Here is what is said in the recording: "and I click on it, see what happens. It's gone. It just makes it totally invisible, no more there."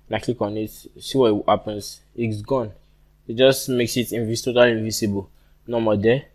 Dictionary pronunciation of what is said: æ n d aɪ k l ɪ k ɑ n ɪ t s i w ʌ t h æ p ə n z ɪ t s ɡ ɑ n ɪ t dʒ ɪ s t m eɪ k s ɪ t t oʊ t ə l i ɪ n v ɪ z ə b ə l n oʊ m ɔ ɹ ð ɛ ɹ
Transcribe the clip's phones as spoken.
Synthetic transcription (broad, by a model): n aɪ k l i k ɑ n ɪ t s i w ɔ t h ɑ p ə n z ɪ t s ɡ ɑ n ɪ t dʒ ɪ s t m eɪ k s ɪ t t oʊ t ə l i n v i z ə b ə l n oʊ m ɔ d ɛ